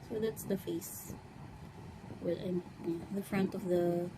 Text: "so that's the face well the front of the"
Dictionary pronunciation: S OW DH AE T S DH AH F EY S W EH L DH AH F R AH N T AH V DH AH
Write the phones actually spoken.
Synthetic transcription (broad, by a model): S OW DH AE T S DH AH F EY S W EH N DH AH F R AH N T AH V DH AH